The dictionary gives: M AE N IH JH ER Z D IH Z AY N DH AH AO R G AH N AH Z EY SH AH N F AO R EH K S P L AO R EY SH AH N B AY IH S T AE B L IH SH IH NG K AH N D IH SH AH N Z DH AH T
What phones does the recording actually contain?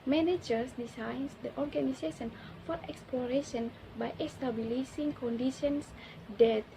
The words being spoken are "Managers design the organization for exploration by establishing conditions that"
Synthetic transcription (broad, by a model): M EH N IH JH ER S D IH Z AY N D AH AO R G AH N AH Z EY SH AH N F AO R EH K S P L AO R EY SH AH N B AY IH S T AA B L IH S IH NG K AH N D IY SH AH N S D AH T